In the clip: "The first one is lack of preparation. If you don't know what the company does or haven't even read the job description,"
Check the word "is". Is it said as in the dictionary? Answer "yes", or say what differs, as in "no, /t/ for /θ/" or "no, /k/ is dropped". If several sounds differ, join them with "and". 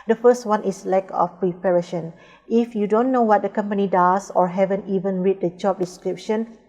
no, /s/ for /z/